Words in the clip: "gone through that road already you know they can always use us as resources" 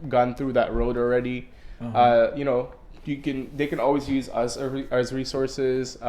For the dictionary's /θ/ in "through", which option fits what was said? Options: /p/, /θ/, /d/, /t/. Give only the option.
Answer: /θ/